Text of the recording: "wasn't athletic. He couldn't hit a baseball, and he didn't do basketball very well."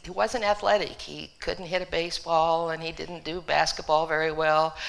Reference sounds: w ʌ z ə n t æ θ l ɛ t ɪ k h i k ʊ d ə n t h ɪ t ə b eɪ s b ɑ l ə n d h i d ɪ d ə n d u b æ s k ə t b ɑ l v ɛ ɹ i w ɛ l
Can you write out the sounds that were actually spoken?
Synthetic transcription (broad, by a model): w ʌ z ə n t æ θ l ɛ t ɪ k h i k ʊ d n t h ɪ t ə b eɪ s b ɑ l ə n i d ɪ d n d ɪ b æ s k ə t b ɑ l v ɛ ɹ i w ɛ l